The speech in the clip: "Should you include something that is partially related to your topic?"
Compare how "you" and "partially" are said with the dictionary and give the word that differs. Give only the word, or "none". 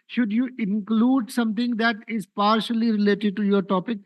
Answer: none